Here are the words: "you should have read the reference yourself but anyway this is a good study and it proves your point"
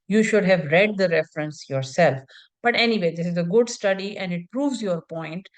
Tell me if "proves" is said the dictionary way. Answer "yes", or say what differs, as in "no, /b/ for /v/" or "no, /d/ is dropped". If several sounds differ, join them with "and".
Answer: yes